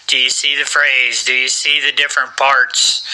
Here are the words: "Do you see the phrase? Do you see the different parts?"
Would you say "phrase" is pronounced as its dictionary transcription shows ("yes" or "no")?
yes